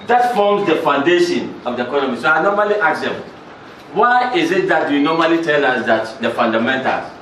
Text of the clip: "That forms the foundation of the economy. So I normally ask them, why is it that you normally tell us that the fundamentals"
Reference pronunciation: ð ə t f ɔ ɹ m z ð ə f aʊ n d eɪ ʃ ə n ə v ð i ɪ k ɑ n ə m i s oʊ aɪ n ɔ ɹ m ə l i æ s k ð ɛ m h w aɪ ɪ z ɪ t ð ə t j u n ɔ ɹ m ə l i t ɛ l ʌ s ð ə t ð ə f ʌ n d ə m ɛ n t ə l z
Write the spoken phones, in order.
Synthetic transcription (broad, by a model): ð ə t f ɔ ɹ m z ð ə f aʊ n d eɪ ʃ ə n ə v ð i ɪ k ɑ n ə m i s oʊ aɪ n ɔ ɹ m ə l i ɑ k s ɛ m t w aɪ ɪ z ɪ t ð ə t j u n ɔ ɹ m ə l i t ɛ l ʌ s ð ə t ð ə f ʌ n d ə m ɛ n t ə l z